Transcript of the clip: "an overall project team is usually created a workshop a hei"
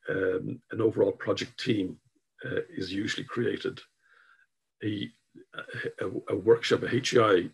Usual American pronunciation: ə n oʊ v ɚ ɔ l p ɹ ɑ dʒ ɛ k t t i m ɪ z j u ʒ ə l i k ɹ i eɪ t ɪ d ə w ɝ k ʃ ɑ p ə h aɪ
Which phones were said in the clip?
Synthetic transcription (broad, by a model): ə n oʊ v ɚ ɔ l p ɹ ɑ dʒ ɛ k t t i m ɪ z j u ʒ ə l i k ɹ i eɪ t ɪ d ə w ɝ k ʃ ɑ p ə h aɪ